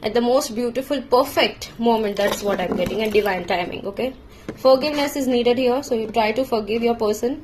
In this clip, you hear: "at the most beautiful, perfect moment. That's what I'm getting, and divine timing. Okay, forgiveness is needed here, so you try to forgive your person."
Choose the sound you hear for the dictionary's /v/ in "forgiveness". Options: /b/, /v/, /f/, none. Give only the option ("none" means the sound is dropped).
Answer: /v/